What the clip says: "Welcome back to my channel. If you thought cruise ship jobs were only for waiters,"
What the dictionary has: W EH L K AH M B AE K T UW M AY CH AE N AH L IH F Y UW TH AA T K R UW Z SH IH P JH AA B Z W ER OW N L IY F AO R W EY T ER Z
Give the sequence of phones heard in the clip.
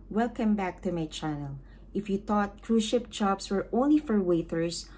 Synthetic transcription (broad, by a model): W EH L K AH M B AE K T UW M AY CH AE N AH L IH F Y UW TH AA T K R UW SH IH P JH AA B S W ER OW N L IY F AO R W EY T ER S